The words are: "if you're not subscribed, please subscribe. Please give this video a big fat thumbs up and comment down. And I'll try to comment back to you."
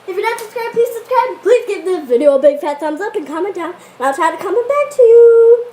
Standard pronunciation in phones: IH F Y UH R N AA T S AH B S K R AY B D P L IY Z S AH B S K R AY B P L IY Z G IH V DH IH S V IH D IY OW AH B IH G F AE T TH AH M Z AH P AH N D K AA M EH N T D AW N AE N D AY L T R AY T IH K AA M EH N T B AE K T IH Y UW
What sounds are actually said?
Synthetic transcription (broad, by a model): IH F Y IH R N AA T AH S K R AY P IY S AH S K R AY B P L IY Z G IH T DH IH V IH D IY OW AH B IH G F AE T S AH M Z AH P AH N K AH M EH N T D AW N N AY L T R AY T IH K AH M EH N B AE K T IH Y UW